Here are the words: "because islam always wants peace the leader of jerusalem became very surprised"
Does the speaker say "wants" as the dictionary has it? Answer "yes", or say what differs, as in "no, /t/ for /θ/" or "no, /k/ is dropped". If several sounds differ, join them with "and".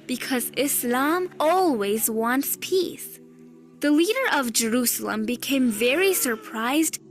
yes